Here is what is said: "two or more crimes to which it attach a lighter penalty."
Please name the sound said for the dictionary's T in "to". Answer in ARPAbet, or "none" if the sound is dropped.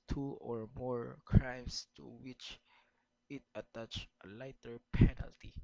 T